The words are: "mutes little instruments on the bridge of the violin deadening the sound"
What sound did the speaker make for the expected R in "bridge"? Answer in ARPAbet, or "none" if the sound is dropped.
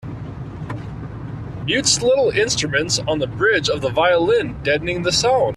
R